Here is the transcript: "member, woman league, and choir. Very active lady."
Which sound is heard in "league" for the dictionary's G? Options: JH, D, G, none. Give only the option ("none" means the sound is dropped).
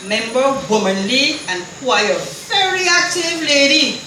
none